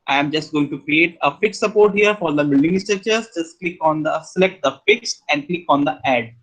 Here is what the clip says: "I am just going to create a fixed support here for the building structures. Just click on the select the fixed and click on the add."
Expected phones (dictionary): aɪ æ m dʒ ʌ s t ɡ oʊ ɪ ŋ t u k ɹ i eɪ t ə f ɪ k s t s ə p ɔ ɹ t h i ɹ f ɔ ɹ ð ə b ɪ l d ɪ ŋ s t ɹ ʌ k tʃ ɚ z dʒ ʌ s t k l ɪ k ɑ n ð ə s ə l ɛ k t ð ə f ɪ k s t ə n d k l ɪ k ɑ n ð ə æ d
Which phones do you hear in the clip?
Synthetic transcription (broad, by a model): aɪ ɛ m dʒ ʌ s t ɡ oʊ ɪ ŋ t u k ɹ i eɪ t ə f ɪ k s s ə p ɔ ɹ t h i ɹ f ɔ ɹ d ə b ɪ l d ɪ ŋ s t ʌ tʃ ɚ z dʒ ʌ s t k l ɪ k ɑ n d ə s ə l ɛ k t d ə f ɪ k s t ə n d k l ɪ k ɑ n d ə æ d